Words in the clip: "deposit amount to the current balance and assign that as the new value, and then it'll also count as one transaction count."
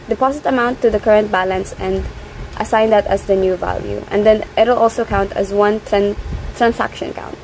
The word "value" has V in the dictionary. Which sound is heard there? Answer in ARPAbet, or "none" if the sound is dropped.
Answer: V